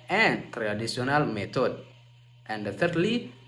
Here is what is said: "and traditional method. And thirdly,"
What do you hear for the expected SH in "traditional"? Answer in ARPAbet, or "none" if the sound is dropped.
S